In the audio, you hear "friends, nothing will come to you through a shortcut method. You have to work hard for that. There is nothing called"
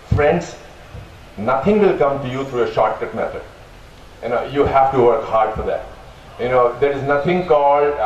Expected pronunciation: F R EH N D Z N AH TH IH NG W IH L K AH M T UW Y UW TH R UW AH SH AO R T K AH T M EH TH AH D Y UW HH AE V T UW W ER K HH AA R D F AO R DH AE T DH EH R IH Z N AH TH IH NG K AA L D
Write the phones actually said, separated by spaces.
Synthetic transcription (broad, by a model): F R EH N D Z N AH T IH NG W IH L K AH M T UW Y UW T R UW AH SH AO R T AH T M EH T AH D Y UW HH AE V T UW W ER K HH AA R D F AO R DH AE T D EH R IH Z N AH T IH NG K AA L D